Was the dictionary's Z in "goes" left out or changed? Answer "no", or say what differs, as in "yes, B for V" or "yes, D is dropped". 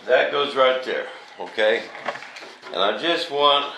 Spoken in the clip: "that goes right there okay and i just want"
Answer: no